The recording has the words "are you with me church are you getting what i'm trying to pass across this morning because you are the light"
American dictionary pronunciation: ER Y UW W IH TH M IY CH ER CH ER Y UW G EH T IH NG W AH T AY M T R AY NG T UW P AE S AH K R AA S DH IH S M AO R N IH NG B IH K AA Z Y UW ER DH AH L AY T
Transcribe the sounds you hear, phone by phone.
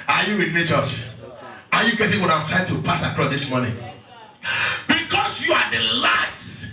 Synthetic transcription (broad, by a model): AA Y UW W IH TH M IY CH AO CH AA Y UW G EH T IH NG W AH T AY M T R AY NG T UW P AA S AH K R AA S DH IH S M AO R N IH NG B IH K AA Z Y UW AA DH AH L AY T